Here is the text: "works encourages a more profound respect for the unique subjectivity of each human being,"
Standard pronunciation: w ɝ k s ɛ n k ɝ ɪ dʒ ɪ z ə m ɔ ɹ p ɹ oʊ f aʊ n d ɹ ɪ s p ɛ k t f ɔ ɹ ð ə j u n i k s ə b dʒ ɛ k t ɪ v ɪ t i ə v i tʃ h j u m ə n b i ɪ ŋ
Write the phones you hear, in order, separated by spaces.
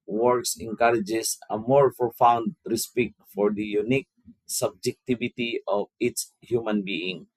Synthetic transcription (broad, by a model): w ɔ k s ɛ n k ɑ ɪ dʒ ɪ s ə m ɔ ɹ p oʊ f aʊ n d ɹ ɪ s p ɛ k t f ɔ ɹ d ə j u n i k s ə b dʒ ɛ k t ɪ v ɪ t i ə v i s h j u m ə n b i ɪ ŋ